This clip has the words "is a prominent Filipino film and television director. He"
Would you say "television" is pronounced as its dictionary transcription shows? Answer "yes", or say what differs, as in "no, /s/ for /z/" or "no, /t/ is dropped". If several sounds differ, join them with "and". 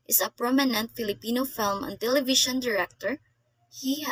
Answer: no, /ʃ/ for /ʒ/